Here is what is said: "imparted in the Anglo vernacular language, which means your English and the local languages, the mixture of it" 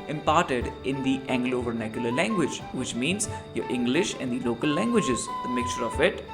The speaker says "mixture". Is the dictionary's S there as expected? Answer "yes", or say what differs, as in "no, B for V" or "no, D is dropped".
no, S is dropped